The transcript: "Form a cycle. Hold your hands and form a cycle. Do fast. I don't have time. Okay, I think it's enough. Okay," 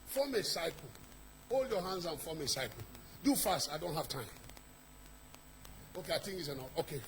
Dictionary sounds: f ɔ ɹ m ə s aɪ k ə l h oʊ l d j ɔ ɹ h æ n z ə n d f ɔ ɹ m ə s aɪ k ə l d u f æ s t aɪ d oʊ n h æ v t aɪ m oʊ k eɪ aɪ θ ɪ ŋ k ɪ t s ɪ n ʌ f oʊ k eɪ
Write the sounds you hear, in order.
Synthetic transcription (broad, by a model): f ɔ m ə s aɪ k h oʊ l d j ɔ h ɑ n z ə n f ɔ m ə s aɪ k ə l d u f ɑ s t aɪ d oʊ n h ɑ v t aɪ m oʊ k eɪ aɪ t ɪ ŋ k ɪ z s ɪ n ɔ oʊ k eɪ